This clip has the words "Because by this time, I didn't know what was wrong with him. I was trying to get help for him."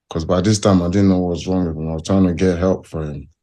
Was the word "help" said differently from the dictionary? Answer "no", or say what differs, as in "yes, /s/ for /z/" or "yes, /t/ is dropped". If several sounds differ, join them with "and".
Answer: no